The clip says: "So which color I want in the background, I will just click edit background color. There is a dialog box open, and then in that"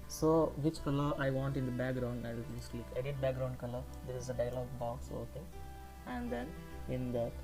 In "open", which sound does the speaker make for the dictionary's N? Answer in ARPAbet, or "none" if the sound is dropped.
none